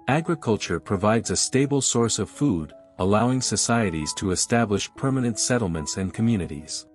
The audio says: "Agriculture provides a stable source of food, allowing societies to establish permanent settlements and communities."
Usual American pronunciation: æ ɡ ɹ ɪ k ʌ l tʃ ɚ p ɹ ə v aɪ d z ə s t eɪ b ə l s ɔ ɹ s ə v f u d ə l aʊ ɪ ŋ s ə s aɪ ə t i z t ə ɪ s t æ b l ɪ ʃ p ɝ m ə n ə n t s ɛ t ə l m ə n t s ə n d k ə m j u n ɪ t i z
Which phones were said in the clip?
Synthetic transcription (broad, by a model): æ ɡ ɹ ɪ k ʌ l tʃ ɚ p ɹ ə v aɪ d z ə s t eɪ b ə l s ɔ ɹ s ə v f u d ə l aʊ ɪ ŋ s ə s aɪ ə t i z t ə ɪ s t æ b l ɪ ʃ p ɝ m ə n ə n t s ɛ t l m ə n t s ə n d k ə m j u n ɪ t i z